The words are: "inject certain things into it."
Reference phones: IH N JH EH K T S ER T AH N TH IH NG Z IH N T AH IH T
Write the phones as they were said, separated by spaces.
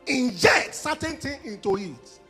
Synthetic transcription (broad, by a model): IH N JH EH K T S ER T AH N T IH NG IH N T AH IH T